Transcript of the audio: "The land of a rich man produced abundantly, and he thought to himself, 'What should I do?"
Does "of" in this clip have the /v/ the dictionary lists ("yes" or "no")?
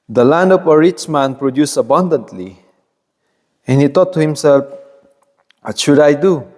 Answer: no